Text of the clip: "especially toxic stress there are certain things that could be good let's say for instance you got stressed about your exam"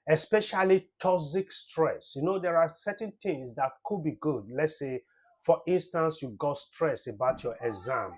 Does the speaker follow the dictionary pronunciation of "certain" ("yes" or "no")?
no